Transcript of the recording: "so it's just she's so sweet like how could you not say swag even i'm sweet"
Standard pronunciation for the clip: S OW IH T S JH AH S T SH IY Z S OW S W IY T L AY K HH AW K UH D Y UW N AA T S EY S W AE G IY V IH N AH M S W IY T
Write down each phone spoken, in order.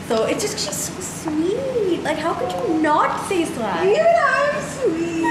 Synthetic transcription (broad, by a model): S OW IH T S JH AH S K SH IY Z S OW S W IY T L AY K HH AW K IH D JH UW N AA T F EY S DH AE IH AH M S W IY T